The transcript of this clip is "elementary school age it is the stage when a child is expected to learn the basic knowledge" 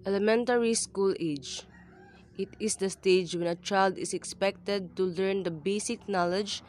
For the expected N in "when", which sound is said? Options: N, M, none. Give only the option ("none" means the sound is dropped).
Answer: N